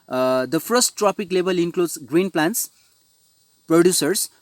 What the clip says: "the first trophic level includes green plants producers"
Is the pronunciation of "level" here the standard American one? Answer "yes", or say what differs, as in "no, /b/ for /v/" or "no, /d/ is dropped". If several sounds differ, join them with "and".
no, /b/ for /v/